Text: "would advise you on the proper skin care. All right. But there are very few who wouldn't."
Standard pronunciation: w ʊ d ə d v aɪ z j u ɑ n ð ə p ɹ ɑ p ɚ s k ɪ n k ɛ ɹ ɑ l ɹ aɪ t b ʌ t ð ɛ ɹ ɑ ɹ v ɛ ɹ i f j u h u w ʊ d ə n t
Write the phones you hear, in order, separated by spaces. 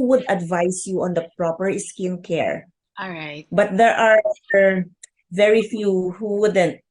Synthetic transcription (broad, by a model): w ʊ d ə d v aɪ s j u ɑ n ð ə p ɹ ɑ p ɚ s k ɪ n k ɛ ɹ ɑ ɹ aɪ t b ʌ t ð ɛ ɹ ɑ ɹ v ɛ ɹ i f j u h u w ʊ d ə n t